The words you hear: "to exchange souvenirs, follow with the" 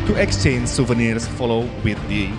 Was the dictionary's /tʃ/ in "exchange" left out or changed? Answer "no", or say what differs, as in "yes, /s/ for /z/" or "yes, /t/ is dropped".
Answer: no